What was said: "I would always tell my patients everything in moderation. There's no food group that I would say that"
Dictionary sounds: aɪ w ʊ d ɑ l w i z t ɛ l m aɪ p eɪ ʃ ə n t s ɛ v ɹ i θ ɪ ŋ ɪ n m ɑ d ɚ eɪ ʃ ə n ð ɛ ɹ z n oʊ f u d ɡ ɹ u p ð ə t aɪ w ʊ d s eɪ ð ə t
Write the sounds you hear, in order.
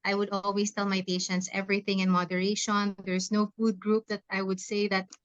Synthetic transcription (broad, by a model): aɪ w ʊ d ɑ l w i s t ɛ l m aɪ p eɪ ʃ ə n t s ɛ v ɹ i θ ɪ ŋ ɪ n m ɑ d ɚ eɪ ʃ ə n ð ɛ ɹ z n oʊ f u d ɡ ɹ u p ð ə t aɪ w ʊ d s eɪ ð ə t